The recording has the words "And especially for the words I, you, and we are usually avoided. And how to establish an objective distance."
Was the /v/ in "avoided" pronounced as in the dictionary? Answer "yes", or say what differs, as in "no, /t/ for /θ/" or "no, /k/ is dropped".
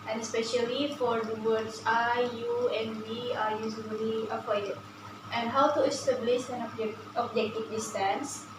no, /p/ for /v/